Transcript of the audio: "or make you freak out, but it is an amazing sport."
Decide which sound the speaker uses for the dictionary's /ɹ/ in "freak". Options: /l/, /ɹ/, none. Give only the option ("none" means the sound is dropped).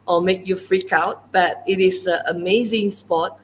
/ɹ/